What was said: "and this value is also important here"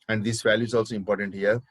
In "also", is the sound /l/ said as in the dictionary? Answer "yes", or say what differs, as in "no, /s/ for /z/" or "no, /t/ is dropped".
yes